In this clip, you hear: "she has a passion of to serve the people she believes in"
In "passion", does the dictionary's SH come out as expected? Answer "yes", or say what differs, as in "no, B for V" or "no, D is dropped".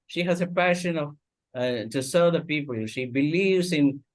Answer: yes